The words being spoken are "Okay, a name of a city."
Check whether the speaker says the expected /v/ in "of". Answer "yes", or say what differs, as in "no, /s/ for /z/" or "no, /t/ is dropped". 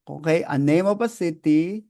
no, /p/ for /v/